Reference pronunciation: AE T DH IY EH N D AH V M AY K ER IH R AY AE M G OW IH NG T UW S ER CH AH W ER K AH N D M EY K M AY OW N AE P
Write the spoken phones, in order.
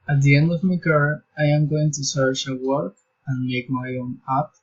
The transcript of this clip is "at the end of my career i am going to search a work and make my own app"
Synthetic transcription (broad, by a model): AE T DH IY EH N D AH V M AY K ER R AY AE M G OW IH NG T UW S ER CH AH W ER K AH N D M EY K M AY OW N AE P